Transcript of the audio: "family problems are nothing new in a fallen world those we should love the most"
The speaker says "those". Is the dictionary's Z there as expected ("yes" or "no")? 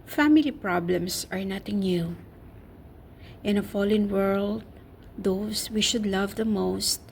no